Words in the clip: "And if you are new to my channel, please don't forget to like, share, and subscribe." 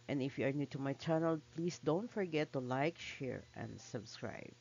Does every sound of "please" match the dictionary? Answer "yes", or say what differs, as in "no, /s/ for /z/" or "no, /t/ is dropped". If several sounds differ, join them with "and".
no, /s/ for /z/